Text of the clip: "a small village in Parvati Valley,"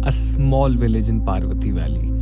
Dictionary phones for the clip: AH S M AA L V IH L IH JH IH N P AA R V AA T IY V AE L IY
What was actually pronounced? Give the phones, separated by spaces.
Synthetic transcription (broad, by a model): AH S M AA L V IH L IH JH IH N P AA R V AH T IY V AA L IY